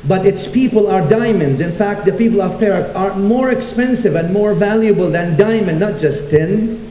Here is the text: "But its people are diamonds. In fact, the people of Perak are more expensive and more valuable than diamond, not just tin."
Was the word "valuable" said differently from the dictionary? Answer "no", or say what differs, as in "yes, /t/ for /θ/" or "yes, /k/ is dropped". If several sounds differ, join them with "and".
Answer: no